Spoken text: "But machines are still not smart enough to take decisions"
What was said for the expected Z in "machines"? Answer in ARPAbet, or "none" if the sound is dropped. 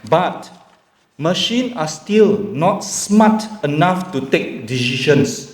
none